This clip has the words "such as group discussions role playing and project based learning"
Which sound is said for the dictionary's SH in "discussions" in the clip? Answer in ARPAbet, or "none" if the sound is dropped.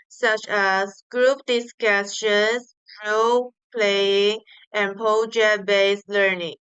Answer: S